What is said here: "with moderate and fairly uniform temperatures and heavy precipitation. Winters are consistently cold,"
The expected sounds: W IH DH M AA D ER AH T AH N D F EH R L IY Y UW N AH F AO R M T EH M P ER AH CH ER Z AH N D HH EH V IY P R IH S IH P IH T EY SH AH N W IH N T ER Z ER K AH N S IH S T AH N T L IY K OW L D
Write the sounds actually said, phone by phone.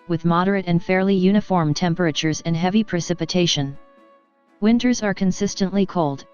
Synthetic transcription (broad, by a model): W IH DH M AA D ER AH T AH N F EH R L IY Y UW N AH F AO R M T EH M P ER AH CH ER Z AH N HH EH V IY P R IH S IH P IH T EY SH AH N W IH N T ER Z ER K AH N S IH S T AH N T L IY K OW L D